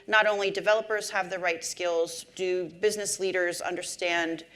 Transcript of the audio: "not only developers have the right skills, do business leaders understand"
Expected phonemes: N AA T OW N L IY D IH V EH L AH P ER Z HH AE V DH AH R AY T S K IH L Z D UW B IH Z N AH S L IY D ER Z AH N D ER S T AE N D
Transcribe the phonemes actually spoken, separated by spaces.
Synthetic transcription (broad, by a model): N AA T OW N L IY D IH V EH L AH P ER Z HH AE V DH AH R AY T S K IH L Z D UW B IH Z N AH S L IY D ER Z AH N D ER S T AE N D